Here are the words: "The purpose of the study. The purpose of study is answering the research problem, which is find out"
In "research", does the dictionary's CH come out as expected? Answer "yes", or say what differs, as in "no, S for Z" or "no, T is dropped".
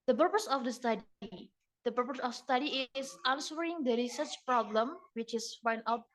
yes